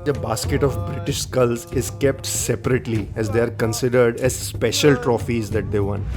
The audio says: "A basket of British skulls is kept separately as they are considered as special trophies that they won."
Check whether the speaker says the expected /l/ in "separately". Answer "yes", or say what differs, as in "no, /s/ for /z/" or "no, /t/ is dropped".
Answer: yes